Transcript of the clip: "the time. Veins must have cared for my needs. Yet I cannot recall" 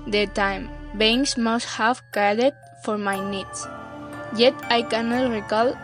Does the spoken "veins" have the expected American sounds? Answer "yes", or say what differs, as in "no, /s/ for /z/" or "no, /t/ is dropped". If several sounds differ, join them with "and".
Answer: no, /b/ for /v/